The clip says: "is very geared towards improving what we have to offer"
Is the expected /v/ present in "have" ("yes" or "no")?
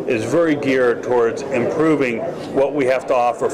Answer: no